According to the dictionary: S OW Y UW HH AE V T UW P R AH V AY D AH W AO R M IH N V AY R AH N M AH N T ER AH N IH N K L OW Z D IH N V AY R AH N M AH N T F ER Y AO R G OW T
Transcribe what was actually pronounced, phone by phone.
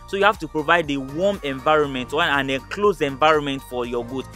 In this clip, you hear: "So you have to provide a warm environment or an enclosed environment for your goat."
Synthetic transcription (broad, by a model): S OW Y UW HH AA F T UW P R AH V AY D AH W AO M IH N V AY R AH N M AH N T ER AH N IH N K L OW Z IH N V AY R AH N M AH N T F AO Y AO G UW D